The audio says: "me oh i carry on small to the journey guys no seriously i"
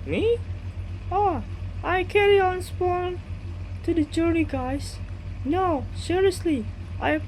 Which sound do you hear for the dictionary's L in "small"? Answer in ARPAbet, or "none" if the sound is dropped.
N